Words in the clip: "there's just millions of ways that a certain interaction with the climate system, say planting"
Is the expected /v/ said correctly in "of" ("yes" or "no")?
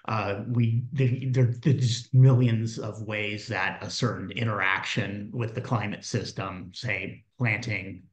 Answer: yes